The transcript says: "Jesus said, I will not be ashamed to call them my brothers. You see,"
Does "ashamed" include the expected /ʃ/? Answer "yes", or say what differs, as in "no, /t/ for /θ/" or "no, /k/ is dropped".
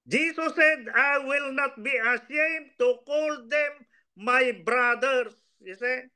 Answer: no, /s/ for /ʃ/